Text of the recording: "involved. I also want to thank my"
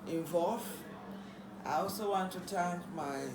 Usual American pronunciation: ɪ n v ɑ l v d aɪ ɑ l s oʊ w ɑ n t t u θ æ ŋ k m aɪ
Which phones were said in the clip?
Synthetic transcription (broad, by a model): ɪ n v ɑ l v aɪ ɑ l s oʊ w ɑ n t t u t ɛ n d m aɪ